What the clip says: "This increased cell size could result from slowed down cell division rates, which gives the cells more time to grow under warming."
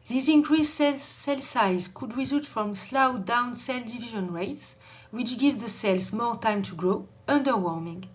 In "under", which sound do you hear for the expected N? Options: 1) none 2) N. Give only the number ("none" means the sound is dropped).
2